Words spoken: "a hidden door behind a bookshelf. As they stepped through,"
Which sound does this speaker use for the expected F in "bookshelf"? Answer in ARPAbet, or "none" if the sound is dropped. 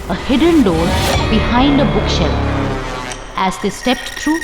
none